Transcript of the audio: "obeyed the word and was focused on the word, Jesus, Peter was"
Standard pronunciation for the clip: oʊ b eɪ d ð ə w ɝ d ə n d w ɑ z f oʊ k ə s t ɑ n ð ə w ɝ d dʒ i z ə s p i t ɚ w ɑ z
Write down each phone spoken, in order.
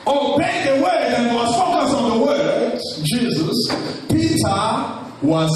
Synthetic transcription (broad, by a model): oʊ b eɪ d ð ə w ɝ ə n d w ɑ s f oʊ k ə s ɑ n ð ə w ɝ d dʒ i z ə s p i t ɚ w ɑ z